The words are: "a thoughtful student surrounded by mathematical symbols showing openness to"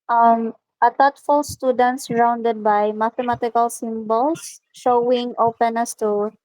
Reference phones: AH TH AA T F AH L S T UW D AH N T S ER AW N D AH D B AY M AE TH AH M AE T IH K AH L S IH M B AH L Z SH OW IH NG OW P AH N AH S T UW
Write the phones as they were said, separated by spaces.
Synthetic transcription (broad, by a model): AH T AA T F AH L S T UW D AH N T S ER AW N D AH D B AY M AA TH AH M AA T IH K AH L S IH M B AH L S SH OW IH NG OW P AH N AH S T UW